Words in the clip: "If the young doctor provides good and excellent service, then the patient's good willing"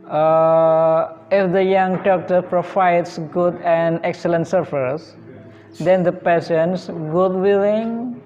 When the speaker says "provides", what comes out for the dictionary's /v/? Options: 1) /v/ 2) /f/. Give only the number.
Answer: 2